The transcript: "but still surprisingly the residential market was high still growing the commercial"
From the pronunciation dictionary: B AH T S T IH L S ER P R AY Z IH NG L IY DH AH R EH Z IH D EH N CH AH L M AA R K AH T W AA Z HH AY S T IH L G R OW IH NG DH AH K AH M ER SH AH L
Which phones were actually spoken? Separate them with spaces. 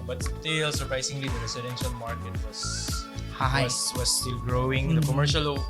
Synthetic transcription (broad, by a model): B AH T S T IH L S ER P R AY S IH NG L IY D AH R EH S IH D EH N SH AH L M AA R K AH T W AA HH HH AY S T IH L G R OW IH NG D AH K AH M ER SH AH L